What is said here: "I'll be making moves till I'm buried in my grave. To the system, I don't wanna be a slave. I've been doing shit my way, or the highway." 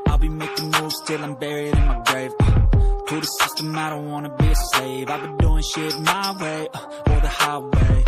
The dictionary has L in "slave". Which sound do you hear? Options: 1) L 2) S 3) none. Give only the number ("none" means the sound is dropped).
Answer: 3